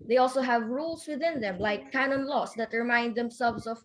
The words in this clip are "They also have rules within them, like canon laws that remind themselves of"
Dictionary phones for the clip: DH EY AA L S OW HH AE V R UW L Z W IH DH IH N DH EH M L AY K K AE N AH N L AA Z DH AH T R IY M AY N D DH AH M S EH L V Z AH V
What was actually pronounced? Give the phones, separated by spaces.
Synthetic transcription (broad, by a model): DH EY AA L S OW HH AE V R UW L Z W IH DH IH N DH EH M L AY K K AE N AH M L AA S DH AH T R IY M AY N D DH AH M S EH L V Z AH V